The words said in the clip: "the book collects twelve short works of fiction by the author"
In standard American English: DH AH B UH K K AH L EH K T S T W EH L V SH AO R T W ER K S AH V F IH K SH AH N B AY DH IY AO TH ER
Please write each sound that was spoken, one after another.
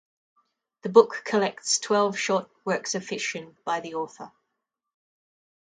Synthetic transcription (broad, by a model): DH AH B UH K K AH L EH K T S T W EH L V SH AO T W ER K S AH F IH SH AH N B AY DH IY AO TH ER